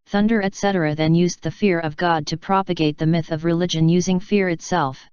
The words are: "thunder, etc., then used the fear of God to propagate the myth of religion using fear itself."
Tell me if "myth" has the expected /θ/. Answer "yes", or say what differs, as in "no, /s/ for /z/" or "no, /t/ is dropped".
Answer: yes